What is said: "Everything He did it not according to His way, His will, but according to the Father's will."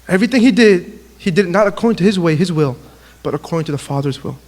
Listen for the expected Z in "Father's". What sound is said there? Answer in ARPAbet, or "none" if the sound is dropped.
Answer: Z